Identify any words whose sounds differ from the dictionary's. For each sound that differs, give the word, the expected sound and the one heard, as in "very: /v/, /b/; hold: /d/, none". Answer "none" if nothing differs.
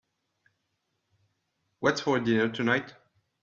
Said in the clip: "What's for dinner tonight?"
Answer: none